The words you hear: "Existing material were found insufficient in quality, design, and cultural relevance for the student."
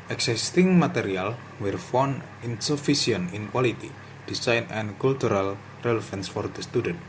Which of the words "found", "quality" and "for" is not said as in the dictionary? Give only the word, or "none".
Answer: found